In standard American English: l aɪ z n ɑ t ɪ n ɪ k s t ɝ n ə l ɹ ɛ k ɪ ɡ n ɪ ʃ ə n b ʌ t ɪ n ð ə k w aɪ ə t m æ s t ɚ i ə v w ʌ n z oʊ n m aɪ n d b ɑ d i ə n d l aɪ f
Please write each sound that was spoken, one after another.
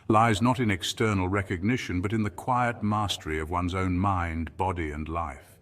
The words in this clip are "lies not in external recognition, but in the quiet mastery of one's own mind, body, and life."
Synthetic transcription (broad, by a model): l aɪ z n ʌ t ɪ n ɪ k s t ɝ n l ɹ ɛ k ɪ ɡ n ɪ ʃ ə n b ʌ t ɪ n ð ə k w aɪ ə t m æ s t ɚ i ə v w ʌ n z oʊ n m aɪ n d b ɑ d i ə n l aɪ f